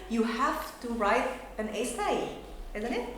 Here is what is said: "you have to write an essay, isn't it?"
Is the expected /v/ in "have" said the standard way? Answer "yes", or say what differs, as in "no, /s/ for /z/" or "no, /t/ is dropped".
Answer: no, /f/ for /v/